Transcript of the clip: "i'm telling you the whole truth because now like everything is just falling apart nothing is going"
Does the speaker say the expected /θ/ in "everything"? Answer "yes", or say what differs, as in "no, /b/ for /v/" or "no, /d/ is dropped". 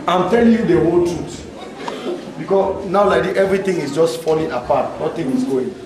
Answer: no, /t/ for /θ/